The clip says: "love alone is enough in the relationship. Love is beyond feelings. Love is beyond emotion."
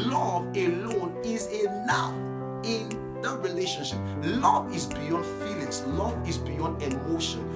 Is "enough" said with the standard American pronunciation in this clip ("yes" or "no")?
no